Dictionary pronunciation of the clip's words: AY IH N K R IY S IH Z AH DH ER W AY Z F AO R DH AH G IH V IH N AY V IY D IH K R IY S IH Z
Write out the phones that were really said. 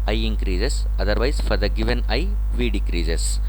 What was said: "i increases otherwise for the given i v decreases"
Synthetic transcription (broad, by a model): AY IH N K R IY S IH S AH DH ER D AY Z F AO R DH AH G IH V IH N AY V IY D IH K R IY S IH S